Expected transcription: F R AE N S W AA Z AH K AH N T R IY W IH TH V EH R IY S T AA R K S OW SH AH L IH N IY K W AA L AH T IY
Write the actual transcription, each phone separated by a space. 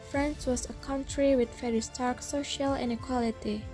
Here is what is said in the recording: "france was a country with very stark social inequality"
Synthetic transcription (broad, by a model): F R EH N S W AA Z AH K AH N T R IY W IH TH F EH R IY S T AA R K S OW SH AH L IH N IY K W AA L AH T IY